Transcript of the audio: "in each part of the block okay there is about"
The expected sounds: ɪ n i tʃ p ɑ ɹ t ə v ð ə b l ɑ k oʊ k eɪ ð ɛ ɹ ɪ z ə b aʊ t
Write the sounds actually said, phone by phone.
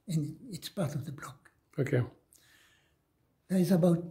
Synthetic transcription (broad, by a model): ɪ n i s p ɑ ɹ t ə v ð ə b l ɑ k oʊ k eɪ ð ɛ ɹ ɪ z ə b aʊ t